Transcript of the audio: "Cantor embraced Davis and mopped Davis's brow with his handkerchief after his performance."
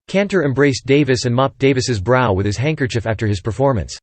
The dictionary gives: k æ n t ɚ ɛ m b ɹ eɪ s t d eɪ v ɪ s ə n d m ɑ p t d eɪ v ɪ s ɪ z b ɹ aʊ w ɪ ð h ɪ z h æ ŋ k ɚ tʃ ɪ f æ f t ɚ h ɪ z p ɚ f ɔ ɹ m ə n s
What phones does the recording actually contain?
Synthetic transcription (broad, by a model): k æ n t ɚ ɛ m b ɹ eɪ s d eɪ v ɪ s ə n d m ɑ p d eɪ v ɪ s ɪ z b ɹ aʊ w ɪ ð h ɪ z h æ ŋ k ɚ tʃ ɪ f æ f t ɚ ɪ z p ɚ f ɔ ɹ m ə n s